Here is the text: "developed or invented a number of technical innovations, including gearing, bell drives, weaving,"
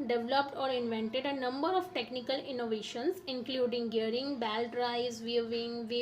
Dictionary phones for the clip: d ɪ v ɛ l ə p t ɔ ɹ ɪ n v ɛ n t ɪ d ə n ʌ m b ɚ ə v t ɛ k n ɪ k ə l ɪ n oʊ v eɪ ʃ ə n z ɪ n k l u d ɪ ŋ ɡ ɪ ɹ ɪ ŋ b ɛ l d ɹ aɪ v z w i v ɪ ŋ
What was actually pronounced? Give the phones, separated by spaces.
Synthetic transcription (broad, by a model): d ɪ v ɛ l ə p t ɔ ɹ ɪ n v ɛ n t ɪ d ə n ʌ m b ɚ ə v t ɛ k n ɪ k ə l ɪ n oʊ v eɪ ʃ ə n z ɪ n k l u d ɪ ŋ ɡ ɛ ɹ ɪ ŋ b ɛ l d ɹ aɪ z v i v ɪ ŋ